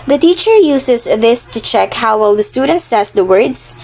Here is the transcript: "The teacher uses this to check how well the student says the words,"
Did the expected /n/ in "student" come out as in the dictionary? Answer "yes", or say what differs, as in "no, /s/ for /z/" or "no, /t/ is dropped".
yes